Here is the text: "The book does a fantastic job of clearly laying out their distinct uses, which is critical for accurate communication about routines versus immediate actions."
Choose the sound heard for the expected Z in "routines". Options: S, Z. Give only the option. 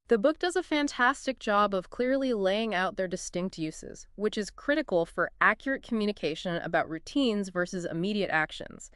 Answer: Z